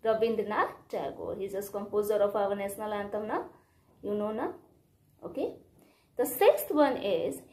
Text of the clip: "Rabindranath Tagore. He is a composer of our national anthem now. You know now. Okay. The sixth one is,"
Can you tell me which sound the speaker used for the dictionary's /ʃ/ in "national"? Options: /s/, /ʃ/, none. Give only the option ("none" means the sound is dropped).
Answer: /s/